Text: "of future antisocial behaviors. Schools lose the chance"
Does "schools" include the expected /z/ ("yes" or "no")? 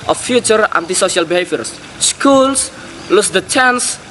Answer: no